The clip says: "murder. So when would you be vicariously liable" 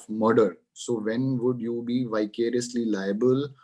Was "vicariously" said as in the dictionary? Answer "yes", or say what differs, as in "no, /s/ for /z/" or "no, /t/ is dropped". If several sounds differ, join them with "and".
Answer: yes